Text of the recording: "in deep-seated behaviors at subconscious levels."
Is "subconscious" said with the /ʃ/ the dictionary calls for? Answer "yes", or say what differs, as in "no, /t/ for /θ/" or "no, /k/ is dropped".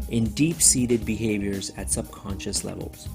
yes